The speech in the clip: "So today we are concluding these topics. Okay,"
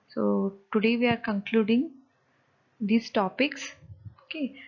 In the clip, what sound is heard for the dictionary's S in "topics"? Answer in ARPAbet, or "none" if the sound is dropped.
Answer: S